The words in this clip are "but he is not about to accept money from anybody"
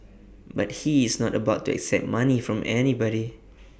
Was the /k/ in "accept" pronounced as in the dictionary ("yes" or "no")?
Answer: yes